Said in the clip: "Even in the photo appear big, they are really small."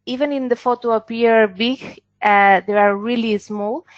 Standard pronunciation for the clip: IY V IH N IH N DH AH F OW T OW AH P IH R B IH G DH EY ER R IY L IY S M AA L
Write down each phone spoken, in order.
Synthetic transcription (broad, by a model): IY V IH N IH N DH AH F OW T OW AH P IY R B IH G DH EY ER R IY L IY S M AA L